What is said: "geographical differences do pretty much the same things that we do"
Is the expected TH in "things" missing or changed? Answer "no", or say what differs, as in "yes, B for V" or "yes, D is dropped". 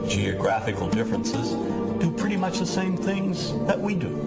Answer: no